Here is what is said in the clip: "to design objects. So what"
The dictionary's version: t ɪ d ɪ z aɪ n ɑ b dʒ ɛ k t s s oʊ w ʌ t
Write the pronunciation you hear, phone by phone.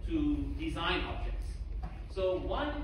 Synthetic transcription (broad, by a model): t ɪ d ɪ z aɪ n ɑ b dʒ ɛ k t s s oʊ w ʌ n